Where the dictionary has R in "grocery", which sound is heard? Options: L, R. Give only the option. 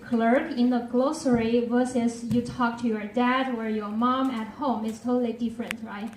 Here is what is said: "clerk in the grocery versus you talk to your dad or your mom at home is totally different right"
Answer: L